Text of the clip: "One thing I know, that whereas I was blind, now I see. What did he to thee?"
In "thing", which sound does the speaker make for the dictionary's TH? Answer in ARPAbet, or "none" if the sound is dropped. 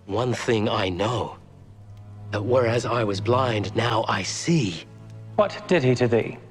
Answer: TH